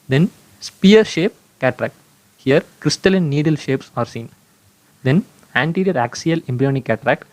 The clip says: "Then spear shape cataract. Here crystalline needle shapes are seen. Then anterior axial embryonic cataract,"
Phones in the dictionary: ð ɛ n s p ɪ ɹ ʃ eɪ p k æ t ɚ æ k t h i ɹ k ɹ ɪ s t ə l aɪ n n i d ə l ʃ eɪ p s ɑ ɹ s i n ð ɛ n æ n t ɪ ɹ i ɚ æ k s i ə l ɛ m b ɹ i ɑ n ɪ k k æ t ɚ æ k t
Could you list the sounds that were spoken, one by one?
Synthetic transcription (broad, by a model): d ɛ n s p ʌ ɹ ʃ eɪ p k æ t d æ k t h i ɹ k ɹ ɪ s t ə l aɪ n n i d ə l ʃ eɪ p s ɑ ɹ s i n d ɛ n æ n t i ɹ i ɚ æ k s i ə l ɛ m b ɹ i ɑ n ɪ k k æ t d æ k t